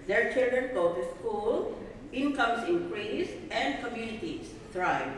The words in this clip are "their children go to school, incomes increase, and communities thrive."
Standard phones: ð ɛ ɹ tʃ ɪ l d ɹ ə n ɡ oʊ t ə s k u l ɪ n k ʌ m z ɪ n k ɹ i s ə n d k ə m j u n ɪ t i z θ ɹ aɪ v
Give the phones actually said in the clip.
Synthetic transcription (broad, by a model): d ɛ ɹ tʃ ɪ l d ɹ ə n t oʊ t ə s k u l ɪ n k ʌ m s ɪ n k ɹ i s ə n d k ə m j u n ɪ t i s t ɹ aɪ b